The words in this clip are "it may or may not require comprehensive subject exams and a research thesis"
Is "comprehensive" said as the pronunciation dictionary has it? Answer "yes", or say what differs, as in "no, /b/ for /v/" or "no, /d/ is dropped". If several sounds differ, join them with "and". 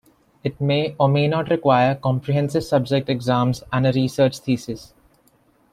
yes